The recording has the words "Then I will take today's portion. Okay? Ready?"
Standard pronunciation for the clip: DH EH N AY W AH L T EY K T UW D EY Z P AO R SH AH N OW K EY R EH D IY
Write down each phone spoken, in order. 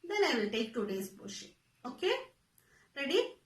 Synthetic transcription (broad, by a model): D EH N AY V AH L T EY K T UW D EY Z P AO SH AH OW K EY R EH D IY